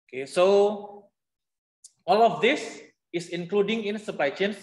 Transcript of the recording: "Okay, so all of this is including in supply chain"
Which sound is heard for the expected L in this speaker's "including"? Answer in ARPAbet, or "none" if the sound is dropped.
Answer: L